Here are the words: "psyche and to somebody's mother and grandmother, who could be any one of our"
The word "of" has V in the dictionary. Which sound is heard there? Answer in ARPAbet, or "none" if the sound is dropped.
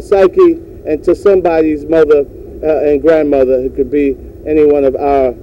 V